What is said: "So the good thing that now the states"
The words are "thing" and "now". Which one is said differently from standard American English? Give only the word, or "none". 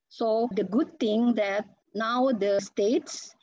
thing